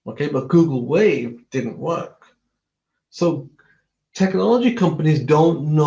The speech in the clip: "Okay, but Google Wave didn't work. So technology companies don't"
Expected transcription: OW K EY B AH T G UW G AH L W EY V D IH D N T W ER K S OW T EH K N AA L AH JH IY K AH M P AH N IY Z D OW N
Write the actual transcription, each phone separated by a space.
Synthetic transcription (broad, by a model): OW K EY B AH T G UW G L W EY V D IH D N T W ER K S OW T EH K N AA L AH JH IY K AH M P AH N IY Z D OW N